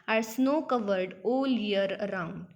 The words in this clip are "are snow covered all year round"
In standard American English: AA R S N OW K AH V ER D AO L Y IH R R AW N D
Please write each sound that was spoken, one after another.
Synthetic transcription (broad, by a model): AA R S N OW K AH V ER D AO L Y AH R R AW N D